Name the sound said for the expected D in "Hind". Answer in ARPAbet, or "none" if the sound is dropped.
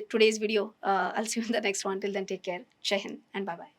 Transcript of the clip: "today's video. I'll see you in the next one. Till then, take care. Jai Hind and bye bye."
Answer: none